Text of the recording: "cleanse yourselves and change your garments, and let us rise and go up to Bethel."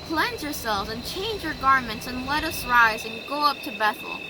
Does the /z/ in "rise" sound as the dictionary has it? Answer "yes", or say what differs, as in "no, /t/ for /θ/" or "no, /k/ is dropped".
yes